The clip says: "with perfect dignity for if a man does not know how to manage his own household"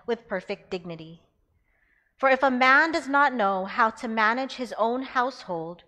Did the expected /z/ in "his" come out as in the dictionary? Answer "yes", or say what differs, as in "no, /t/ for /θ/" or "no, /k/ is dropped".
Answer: yes